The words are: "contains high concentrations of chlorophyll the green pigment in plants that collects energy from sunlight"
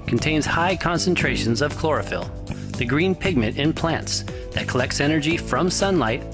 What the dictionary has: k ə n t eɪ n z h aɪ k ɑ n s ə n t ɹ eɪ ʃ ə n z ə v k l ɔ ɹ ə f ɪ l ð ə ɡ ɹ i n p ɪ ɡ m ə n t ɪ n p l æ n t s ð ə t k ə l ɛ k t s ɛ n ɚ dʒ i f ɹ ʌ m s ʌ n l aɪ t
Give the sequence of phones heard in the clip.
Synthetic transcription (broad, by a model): k n t eɪ n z h aɪ k ɑ n s ə n t ɹ eɪ ʃ ə n z ə v k l ɔ ɹ ə f ɪ l ð ə ɡ ɹ i n p ɪ ɡ m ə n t ɪ n p l æ n t s ð ə t k ə l ɛ k t s ɛ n ɚ dʒ i f ɹ ʌ m s ʌ n l aɪ t